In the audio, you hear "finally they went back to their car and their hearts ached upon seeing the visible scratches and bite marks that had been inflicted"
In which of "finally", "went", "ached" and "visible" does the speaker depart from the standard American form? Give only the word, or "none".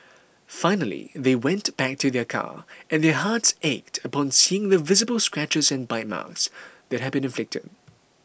none